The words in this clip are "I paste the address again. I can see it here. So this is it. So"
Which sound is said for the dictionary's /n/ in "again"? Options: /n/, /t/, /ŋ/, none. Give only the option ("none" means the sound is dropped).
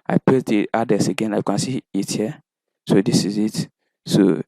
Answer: /n/